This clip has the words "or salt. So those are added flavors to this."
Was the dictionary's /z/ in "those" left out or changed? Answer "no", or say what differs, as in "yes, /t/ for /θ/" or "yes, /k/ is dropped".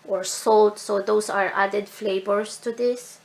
yes, /s/ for /z/